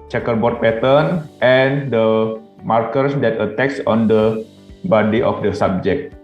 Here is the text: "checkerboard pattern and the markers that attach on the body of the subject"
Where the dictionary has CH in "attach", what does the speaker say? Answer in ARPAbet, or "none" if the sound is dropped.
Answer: S